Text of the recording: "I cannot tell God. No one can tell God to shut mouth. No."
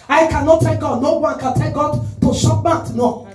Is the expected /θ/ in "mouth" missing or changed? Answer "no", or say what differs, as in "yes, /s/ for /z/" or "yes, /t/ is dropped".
yes, /t/ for /θ/